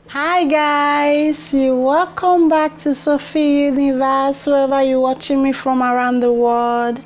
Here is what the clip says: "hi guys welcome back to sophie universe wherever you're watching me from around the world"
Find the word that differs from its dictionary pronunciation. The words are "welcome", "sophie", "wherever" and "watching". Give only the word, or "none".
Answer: wherever